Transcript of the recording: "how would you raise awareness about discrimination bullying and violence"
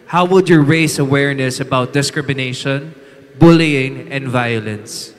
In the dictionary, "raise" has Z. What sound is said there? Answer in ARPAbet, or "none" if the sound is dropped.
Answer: S